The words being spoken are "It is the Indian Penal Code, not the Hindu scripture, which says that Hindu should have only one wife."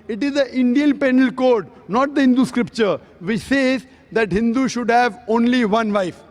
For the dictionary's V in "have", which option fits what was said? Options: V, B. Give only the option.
V